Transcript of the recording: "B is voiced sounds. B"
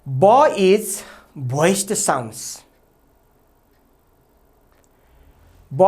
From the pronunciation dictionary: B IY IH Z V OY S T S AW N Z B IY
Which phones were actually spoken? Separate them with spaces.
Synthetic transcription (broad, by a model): B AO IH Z B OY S T S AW N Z B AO